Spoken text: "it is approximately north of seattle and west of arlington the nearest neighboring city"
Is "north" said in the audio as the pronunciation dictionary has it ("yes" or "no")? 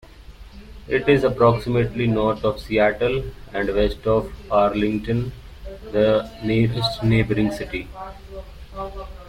no